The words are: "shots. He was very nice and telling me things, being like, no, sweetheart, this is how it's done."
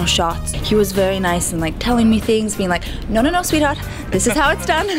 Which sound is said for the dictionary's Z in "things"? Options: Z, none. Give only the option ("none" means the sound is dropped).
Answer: Z